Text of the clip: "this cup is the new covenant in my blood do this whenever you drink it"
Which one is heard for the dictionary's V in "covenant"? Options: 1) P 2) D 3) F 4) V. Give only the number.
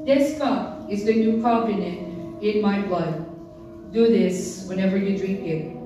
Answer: 1